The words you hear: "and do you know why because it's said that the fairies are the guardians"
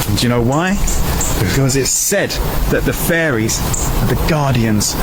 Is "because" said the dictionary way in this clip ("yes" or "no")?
yes